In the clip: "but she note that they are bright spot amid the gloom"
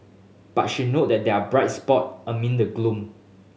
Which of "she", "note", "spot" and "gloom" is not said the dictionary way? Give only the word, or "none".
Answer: none